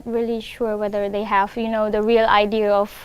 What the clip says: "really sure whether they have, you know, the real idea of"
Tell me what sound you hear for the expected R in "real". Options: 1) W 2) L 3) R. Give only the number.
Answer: 3